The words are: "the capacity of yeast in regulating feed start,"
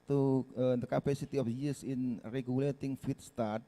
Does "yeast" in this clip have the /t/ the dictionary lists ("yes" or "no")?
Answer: no